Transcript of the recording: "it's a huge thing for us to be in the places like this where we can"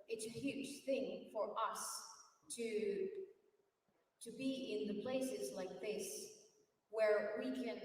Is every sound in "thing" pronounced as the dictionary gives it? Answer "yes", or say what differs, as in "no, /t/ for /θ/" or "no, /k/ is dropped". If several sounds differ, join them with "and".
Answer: yes